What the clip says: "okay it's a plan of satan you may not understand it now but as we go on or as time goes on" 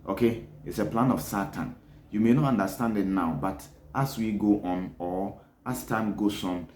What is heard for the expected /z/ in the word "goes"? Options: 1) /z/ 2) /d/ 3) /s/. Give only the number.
3